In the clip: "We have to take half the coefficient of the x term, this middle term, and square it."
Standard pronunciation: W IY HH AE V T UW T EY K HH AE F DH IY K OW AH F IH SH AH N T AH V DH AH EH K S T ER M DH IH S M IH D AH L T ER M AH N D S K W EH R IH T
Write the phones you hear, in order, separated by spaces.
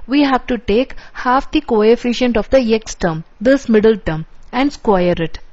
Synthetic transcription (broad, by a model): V IY HH AE V T UW T EY K HH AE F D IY K OW AH F IH SH AH N T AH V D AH EH K S T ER M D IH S M IH D AH L T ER M AH N D S K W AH R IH T